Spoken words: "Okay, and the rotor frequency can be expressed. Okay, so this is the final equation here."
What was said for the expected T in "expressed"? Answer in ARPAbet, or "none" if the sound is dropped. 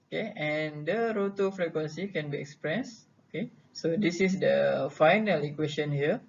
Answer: none